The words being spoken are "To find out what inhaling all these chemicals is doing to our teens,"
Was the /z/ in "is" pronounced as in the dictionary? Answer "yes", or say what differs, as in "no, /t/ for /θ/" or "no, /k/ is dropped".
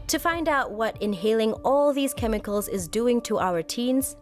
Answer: yes